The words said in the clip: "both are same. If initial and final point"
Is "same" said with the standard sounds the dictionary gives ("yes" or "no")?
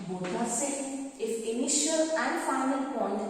no